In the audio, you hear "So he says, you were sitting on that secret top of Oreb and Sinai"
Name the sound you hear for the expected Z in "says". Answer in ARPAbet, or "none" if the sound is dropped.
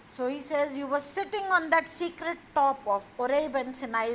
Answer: Z